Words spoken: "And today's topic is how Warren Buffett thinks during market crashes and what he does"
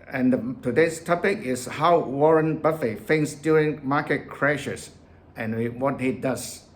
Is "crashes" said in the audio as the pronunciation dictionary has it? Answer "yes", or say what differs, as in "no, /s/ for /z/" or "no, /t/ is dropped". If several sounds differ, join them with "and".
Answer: no, /s/ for /z/